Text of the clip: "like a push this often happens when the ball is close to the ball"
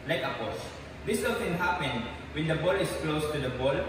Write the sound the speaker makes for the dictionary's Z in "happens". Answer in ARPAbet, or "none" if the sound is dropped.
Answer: none